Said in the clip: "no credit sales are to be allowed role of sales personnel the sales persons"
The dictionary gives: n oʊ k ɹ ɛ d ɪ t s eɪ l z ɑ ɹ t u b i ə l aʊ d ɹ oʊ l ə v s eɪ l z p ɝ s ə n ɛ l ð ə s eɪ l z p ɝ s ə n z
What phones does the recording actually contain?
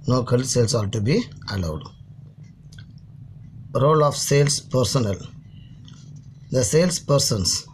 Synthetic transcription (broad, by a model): n oʊ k ʌ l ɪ s eɪ l s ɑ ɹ t u b i ə l aʊ d ɹ oʊ l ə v s eɪ l s p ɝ s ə n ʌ l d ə s eɪ l s p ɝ s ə n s